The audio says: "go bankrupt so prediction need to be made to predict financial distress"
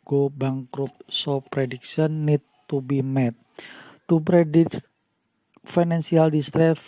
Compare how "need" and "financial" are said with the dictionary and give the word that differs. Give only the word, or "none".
financial